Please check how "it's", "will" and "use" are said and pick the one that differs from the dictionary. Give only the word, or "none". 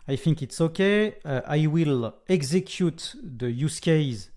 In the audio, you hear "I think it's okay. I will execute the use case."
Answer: none